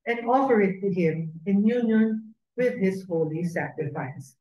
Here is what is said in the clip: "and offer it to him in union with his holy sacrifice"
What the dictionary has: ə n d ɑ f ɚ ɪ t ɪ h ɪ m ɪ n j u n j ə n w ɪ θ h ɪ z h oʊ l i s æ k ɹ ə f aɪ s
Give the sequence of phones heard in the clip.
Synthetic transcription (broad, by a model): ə n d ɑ p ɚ ɪ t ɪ h ɪ m ɪ n j u n j ə n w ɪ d h ɪ z h oʊ l i s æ k ɹ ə f aɪ s